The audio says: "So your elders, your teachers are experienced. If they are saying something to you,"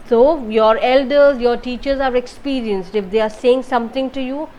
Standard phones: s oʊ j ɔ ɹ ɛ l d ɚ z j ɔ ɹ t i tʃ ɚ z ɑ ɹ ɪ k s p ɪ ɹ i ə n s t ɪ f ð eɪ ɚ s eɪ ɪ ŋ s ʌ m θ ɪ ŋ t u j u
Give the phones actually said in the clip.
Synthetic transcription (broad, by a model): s oʊ j ɔ ɹ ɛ l d ɚ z j ɔ ɹ t i tʃ ɚ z ɑ ɹ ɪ k s p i ɹ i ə n s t ɪ f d eɪ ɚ s eɪ ɪ ŋ s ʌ m t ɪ ŋ t u j u